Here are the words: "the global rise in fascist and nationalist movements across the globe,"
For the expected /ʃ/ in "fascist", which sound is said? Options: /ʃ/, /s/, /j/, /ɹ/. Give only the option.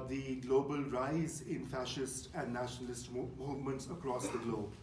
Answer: /ʃ/